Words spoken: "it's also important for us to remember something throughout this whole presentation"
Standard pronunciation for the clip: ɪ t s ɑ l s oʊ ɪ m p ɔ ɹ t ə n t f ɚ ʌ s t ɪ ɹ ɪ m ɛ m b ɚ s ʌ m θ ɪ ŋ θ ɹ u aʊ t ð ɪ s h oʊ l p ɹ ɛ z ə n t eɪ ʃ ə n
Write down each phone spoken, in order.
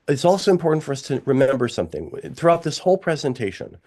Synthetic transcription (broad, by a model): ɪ t s ɑ l s oʊ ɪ m p ɔ ɹ t n t f ɚ ʌ s t ɪ ɹ ɪ m ɛ m b ɚ s ʌ m θ ɪ ŋ θ ɹ u aʊ t ð ɪ s h oʊ l p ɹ ɛ z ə n t eɪ ʃ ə n